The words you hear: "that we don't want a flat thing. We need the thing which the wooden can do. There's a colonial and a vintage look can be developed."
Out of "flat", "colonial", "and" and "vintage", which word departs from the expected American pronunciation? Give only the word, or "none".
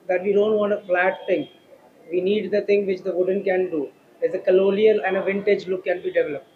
colonial